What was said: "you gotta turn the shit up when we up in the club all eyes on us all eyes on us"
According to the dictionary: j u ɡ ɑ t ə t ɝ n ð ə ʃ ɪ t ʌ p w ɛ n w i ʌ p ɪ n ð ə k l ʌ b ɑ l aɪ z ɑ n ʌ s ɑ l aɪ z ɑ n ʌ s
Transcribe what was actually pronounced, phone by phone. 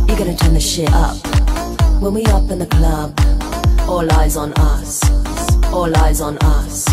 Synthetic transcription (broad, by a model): j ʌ ɡ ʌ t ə t ɝ n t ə ʃ ɪ t ʌ p w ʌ n w i ʌ p ɪ n ð ə k l ʌ b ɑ l aɪ z n ʌ s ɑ l aɪ z n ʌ s